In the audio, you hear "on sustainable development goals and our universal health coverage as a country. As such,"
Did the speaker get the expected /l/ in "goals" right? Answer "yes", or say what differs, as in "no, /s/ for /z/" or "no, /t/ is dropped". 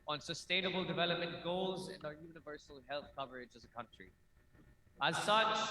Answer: yes